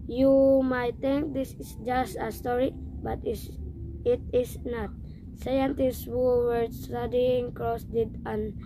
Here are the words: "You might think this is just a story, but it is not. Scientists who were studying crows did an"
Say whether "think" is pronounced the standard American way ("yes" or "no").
no